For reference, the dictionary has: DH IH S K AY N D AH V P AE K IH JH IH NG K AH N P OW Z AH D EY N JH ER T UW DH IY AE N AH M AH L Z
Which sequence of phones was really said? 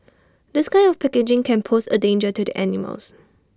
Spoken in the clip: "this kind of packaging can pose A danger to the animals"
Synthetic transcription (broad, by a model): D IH S K AY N AH F P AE K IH JH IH NG K AH N P OW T AH D EY N JH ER T UW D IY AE N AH M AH L S